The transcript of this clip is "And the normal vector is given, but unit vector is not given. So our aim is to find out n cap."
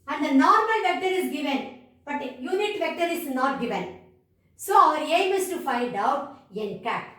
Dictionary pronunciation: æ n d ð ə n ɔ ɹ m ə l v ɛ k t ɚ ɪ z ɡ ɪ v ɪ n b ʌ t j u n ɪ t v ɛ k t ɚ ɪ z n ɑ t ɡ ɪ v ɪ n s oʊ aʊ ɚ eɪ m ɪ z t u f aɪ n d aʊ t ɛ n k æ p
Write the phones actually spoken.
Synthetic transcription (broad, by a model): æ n d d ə n ɔ ɹ m ə l v ɛ k t ɚ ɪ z ɡ ɪ v ɪ n b ʌ t j u n ɪ t v ɛ k t ɚ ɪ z n ɑ t ɡ ɪ v ɪ n s oʊ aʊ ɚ eɪ m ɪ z t u f aɪ n d aʊ t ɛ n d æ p